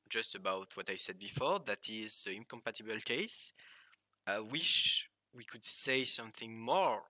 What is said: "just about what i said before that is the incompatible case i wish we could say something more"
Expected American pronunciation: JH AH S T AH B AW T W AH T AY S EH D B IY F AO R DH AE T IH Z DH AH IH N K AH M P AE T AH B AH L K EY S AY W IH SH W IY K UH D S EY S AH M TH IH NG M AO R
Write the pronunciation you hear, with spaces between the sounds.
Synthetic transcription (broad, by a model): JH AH S T AH B AW T W AH T AY S EH D B IY F AO R DH AE T IH Z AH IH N K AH M P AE T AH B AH L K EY S AY W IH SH W IY K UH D S EY S AH M TH IH NG M AO R